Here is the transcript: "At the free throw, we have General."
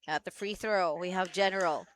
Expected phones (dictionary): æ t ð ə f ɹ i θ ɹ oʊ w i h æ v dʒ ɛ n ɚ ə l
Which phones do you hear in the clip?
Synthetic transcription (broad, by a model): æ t ð ə f ɹ i θ ɹ oʊ w i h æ v dʒ ɛ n ɚ l